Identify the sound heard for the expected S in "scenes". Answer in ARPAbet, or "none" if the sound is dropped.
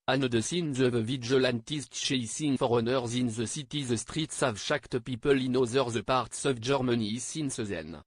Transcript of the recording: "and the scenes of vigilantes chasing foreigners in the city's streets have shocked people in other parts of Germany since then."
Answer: S